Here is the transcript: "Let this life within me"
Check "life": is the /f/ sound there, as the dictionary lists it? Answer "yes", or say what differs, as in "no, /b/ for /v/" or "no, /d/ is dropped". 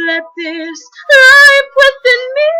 no, /p/ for /f/